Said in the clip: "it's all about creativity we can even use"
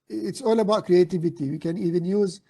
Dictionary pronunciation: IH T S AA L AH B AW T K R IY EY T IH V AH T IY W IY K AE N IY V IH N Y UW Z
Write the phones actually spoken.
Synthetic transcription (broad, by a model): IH T S AA L AH B AW T K R IY EY T IH V AH T IY W IY K AE N IY V IH N Y UW Z